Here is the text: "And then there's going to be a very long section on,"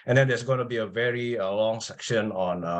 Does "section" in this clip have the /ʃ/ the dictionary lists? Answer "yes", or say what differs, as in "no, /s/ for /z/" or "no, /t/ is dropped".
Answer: yes